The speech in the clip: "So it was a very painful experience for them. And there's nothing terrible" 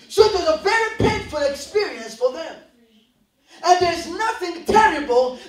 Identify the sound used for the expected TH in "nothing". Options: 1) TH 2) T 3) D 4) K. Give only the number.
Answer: 1